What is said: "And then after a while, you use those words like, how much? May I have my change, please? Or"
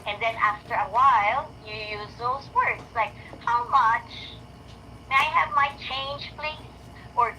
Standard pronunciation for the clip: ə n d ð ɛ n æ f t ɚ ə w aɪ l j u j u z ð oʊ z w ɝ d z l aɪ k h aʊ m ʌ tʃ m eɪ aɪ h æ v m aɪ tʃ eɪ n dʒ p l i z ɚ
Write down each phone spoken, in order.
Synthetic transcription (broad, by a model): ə n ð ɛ n æ f t ɚ ə w aɪ l j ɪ j u z ð oʊ z w ɝ d z l aɪ k h aʊ m ʌ tʃ m eɪ aɪ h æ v m aɪ tʃ eɪ n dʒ p l i z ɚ